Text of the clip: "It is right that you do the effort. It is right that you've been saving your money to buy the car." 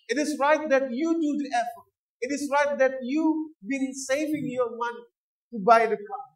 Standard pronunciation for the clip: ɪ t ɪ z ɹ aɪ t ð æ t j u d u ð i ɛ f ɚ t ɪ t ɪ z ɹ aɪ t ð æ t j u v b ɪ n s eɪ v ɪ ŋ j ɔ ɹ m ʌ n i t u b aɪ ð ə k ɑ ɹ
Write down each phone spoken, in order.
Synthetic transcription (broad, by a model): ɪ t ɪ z ɹ aɪ t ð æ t j u d u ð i ɛ f ɚ t ɪ t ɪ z ɹ aɪ t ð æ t j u b ɪ n s eɪ v ɪ ŋ j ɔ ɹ m ʌ n i t u b aɪ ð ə k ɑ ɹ